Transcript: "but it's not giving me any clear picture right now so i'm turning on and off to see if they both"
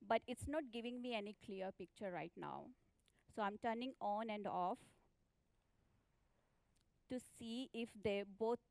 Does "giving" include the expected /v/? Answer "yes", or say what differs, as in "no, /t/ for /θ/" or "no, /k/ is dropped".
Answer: yes